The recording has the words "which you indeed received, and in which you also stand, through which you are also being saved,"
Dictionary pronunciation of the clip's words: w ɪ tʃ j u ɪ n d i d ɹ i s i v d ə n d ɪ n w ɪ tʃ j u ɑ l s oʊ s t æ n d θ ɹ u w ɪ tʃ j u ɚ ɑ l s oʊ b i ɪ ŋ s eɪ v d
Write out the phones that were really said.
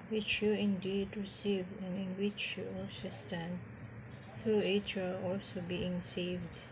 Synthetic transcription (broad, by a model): w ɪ tʃ j u ɪ n d i d ɹ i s i v ə n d ɪ n w ɪ tʃ j u ɑ l s oʊ s t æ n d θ ɹ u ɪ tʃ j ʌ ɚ ɑ l s oʊ b i ɪ ŋ s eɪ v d